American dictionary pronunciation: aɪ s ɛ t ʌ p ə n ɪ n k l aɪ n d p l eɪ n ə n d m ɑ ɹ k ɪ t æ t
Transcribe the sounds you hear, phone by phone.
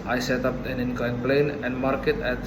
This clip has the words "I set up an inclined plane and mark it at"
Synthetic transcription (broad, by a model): aɪ s ɛ t ʌ p ə n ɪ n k aɪ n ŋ p l eɪ n ə n d m ɑ ɹ k ɪ t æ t